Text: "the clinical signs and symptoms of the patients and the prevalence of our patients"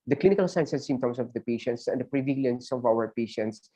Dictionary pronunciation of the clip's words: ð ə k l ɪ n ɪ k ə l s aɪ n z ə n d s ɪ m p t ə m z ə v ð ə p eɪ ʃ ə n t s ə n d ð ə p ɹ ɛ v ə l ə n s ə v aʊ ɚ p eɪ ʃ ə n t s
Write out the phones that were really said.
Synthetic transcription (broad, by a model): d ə k l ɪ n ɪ k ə l s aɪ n s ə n s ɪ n t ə m s ə v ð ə p eɪ ʃ ə n t s ə n d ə p ɹ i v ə l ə n s ə v aʊ ɚ p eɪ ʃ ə n t s